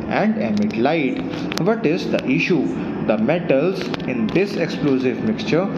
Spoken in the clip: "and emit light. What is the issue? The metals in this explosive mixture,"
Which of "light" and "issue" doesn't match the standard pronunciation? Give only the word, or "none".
none